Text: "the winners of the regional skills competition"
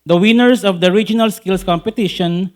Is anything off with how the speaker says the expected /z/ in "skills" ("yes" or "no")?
yes